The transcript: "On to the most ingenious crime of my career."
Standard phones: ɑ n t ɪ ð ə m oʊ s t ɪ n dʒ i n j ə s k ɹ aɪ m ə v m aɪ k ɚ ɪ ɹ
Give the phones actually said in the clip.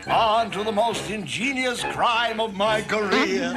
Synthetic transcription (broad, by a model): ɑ n t ɪ ð ə m oʊ s t ɪ n dʒ i n j ə s k ɹ aɪ m ə v m aɪ k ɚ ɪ ɹ